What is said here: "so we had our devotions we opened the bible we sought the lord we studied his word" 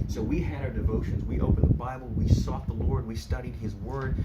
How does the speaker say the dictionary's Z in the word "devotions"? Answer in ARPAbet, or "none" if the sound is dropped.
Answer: Z